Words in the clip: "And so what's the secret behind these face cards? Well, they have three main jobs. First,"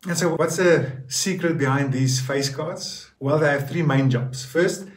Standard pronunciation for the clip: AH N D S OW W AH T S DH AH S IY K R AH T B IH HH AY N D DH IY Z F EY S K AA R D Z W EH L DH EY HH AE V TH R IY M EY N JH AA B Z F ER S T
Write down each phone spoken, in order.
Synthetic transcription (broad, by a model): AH N S OW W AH T S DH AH S IY K R AH T B IH HH AY N D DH IY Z F EY S K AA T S W EH L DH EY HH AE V TH R IY M EY N JH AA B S F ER S T